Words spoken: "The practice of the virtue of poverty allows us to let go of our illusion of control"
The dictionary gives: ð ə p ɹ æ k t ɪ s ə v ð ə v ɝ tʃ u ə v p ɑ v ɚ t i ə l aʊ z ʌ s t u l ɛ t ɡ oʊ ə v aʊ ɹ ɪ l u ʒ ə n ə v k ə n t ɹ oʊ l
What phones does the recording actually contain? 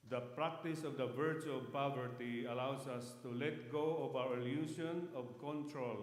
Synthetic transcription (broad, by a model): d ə p ɹ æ k t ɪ s ə v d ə v ɝ tʃ u ə v p ɑ v ɚ t i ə l aʊ s ʌ s t u l ɛ t ɡ oʊ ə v aʊ ɹ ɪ l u s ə n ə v k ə n t ɹ oʊ l